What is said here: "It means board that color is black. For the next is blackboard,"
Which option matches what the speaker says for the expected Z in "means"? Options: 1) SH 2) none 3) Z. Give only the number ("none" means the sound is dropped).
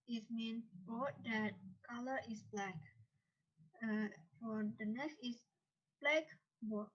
2